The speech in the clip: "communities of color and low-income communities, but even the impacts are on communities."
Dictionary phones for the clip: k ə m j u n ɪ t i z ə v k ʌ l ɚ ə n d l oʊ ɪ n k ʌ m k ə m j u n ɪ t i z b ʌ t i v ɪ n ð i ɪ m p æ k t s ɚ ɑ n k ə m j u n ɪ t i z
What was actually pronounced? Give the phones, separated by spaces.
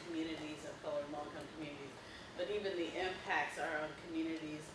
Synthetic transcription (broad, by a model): k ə m j u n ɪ t i z ə v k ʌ ʊ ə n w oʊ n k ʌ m k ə m j u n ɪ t i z b ʌ t i v ɪ n ð i ɪ m p æ k t s ɚ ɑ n k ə m j u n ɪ t i z